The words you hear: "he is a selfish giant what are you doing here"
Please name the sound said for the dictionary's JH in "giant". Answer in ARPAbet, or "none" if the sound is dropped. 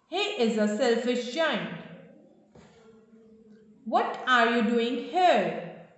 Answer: CH